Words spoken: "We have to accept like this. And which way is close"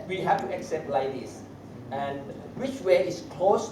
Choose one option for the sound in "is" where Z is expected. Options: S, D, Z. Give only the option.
S